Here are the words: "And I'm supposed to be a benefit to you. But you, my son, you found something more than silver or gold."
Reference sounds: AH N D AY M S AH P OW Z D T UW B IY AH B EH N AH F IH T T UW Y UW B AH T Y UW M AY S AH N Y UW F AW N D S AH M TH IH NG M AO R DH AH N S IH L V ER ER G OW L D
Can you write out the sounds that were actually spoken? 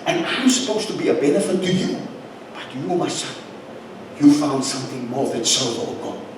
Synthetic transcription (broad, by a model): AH N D AY M S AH P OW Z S T UW B IY AH B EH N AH F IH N T UW Y UW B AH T Y UW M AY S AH Y UW F AW N D S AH M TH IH NG M AO R DH AH N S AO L ER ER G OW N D